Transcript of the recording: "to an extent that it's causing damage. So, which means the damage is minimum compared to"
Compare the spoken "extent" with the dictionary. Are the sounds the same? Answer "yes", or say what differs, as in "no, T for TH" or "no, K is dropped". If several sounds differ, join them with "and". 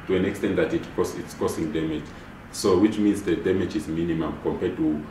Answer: yes